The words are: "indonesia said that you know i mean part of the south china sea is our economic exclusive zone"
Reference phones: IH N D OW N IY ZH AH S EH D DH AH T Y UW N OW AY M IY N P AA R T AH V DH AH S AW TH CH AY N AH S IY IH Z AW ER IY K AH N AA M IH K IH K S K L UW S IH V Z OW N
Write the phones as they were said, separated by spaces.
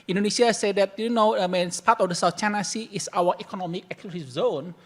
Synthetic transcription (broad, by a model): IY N D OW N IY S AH S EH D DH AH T Y UW N OW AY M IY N P AA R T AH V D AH S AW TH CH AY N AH S IY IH S AW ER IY K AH N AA M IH K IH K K UW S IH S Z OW N